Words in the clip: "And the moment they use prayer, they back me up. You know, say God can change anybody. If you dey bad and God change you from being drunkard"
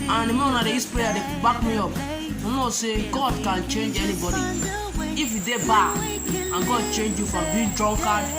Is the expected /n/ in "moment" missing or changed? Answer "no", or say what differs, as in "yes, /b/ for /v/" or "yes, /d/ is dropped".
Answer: yes, /n/ is dropped